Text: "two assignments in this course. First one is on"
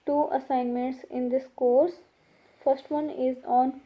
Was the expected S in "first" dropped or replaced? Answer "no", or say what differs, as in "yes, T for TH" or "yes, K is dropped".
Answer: no